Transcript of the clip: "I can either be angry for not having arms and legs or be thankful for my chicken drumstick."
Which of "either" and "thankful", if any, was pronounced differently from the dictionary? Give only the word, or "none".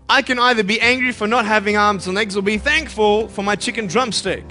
none